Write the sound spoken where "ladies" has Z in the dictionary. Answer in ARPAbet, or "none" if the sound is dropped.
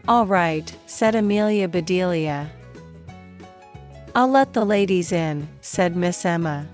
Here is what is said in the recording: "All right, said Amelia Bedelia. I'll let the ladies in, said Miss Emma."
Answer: Z